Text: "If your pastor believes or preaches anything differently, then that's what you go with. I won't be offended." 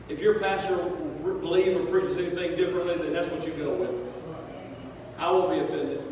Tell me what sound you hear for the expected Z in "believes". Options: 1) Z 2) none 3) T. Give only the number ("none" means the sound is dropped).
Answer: 2